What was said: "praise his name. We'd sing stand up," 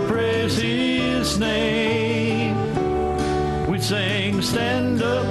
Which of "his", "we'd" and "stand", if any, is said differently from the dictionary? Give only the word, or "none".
none